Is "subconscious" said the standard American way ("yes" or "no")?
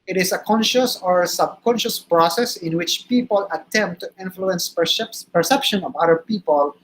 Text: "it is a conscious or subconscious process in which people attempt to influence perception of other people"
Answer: yes